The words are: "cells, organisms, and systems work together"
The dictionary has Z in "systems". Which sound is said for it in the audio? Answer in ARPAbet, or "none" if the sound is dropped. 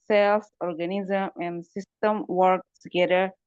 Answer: none